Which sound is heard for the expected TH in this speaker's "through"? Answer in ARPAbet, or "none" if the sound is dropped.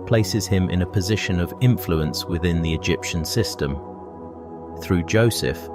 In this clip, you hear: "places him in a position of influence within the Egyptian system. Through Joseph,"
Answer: TH